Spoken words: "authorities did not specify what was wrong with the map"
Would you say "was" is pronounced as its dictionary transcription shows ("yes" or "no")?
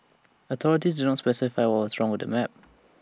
no